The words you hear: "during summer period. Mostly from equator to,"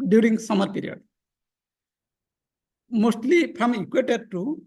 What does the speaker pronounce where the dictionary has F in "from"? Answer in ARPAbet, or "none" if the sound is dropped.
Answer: P